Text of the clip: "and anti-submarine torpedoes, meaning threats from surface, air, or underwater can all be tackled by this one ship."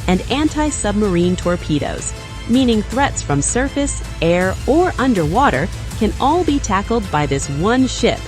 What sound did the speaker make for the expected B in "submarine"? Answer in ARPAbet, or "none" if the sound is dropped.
B